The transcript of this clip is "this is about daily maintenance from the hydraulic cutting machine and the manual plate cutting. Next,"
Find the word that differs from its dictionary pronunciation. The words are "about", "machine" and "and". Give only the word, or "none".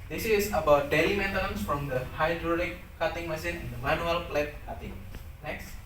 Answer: machine